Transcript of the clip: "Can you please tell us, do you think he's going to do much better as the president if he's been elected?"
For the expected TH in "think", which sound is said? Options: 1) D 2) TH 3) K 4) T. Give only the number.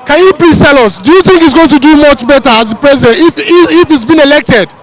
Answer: 2